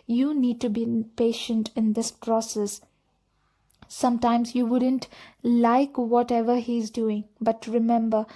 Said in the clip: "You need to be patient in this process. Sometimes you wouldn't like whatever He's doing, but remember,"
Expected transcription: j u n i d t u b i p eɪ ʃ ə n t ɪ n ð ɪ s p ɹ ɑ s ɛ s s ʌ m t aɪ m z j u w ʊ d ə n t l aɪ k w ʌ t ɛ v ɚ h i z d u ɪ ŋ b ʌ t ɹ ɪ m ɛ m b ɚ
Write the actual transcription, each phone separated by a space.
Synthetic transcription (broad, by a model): j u n i d t u b i p eɪ ʃ ə n t ɪ n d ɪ s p ɹ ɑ s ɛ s s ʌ m t aɪ m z j u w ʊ d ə n t l aɪ k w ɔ t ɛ v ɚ h i z d u ɪ ŋ b ʌ t ɹ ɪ m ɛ m b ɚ